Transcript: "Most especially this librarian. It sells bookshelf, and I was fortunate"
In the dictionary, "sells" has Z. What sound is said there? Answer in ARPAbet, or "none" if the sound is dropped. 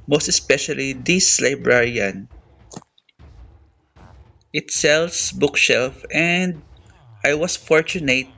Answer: S